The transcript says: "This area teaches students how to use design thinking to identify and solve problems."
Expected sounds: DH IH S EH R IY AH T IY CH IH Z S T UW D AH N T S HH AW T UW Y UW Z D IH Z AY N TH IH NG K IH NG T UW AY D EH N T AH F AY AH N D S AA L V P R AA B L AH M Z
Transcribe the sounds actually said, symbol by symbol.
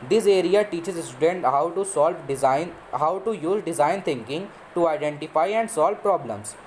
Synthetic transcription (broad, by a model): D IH S EH R IY AH T IY CH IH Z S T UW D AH N T S HH AW T UW Y UW Z D IH Z AY N T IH NG K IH NG T UW AY D EH N T AH F AY AH N D S AA L V P R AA B L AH M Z